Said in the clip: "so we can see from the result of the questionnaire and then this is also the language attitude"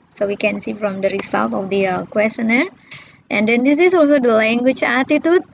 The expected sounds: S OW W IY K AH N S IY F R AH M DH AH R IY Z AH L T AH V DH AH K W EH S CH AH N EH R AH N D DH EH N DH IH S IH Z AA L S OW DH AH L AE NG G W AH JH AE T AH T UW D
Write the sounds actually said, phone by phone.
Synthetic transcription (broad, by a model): S OW W IY K AH N S IY F R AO M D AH R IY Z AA L T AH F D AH K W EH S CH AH N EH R AH N D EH N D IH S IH S AA L S OW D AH L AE NG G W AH CH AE T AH T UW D